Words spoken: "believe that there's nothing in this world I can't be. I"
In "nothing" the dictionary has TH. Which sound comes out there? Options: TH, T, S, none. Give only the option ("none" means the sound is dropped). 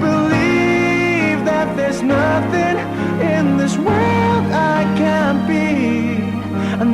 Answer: TH